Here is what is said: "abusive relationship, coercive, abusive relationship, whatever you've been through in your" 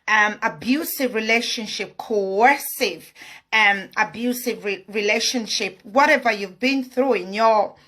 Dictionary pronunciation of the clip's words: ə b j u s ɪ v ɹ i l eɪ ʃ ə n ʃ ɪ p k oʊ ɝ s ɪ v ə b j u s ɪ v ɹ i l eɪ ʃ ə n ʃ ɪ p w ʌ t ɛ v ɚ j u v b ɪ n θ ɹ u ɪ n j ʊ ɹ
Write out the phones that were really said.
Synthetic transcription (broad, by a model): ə b j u s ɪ v ɹ i l eɪ ʃ ə n ʃ ɪ p k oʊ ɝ s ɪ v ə b j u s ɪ v ɹ i l eɪ ʃ ə n ʃ ɪ p w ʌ t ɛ v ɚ j u v b ɪ n θ ɹ u ɪ n j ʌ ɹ